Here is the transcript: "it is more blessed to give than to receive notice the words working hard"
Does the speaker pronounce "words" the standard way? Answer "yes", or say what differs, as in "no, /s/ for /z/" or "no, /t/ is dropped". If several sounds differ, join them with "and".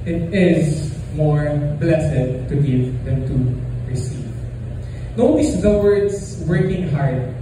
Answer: no, /s/ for /z/